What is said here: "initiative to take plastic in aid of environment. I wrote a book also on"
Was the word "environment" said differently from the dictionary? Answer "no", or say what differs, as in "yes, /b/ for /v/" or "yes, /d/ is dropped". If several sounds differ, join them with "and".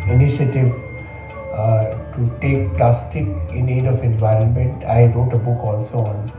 no